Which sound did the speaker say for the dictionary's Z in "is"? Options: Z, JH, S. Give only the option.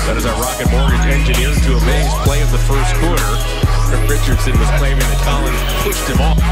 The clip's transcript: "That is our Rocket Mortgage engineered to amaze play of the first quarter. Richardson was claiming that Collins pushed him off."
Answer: Z